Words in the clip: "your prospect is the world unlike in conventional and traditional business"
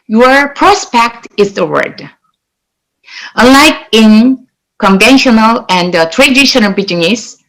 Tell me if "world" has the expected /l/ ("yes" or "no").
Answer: no